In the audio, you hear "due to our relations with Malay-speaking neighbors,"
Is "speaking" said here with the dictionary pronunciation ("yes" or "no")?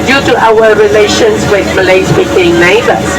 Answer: no